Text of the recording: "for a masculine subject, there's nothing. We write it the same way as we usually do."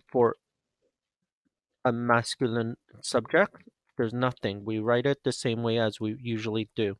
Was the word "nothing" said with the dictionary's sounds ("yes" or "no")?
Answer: yes